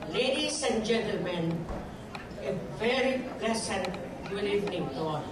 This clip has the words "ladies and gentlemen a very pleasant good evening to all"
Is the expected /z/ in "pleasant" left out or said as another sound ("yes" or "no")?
yes